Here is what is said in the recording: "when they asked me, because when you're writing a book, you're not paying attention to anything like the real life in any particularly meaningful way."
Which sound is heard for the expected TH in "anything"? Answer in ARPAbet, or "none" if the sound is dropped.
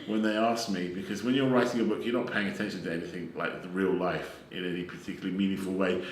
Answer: TH